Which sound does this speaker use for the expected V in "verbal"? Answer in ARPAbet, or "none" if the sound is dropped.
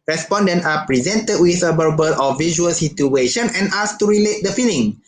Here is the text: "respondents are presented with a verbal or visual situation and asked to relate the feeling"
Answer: B